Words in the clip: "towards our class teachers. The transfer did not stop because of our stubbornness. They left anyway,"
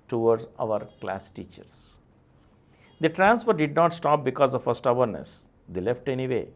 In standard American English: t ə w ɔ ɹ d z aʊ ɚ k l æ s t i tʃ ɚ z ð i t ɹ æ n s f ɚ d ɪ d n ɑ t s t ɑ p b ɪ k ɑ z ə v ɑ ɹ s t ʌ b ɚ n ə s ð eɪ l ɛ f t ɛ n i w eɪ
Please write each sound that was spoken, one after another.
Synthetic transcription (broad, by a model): t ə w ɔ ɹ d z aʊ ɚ k l æ s t i tʃ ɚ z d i t ɹ æ n s f ɚ d ɪ d n ɑ t s t ɑ p b ɪ k ɑ z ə f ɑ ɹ s t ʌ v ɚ n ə s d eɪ l ɛ f t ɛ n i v eɪ